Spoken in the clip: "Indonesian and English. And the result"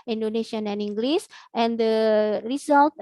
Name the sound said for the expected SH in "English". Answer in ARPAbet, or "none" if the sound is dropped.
S